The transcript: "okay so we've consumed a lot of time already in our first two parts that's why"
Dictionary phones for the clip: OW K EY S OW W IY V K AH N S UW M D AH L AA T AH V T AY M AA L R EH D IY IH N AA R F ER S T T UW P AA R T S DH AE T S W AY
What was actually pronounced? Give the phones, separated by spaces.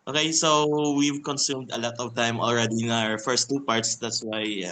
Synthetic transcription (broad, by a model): OW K EY S OW W IY V K AH N S UW M D AH L AA T AH V T AY M AA L R EH D IY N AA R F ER S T T UW P AA R T S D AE T S W AY